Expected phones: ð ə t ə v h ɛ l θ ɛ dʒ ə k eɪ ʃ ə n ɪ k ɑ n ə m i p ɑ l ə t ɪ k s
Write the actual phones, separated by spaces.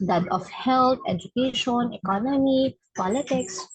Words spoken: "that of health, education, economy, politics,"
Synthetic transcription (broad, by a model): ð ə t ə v h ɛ l t ɛ dʒ ə k eɪ ʃ ə n ɪ k ɑ n ə m i p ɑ l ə t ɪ k s